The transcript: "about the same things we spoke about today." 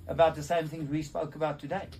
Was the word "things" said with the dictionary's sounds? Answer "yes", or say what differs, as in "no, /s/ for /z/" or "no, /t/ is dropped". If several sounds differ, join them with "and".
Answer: yes